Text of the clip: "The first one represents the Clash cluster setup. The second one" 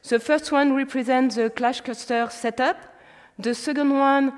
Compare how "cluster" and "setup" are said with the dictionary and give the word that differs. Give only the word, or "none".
cluster